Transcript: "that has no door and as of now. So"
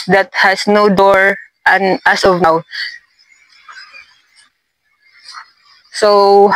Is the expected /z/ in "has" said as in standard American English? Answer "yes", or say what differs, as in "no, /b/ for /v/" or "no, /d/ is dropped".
no, /s/ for /z/